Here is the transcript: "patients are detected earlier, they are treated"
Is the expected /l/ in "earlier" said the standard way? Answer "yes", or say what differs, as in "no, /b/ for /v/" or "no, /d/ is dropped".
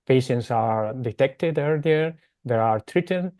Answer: yes